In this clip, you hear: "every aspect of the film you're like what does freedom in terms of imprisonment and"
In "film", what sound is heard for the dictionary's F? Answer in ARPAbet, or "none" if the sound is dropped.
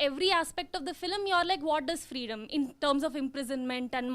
F